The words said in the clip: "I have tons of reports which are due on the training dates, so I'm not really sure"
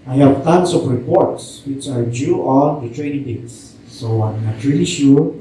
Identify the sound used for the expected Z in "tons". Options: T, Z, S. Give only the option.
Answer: S